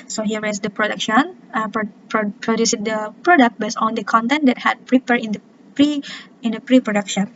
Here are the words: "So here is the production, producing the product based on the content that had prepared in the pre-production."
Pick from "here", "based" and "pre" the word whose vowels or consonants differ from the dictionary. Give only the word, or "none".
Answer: based